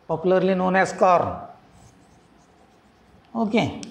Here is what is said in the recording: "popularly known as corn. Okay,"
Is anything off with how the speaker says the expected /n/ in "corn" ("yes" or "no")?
yes